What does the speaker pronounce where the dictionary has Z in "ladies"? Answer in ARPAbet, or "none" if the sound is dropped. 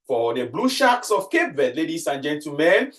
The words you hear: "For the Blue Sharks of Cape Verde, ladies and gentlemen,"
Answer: S